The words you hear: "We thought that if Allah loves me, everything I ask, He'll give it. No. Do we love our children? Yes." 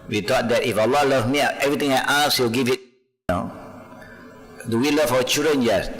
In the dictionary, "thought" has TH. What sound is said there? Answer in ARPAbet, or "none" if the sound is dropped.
T